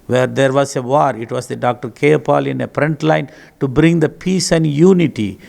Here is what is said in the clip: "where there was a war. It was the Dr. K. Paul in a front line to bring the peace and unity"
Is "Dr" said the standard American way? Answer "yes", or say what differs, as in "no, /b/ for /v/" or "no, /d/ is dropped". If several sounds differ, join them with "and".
yes